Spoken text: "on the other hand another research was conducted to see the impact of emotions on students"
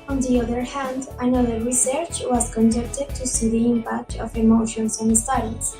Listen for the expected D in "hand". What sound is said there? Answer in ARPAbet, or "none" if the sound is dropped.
D